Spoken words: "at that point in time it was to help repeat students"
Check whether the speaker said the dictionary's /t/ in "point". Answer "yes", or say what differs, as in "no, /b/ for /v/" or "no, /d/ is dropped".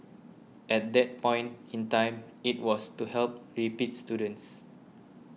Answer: yes